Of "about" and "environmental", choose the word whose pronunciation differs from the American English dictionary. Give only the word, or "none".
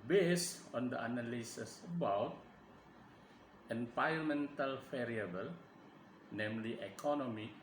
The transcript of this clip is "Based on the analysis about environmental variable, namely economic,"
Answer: environmental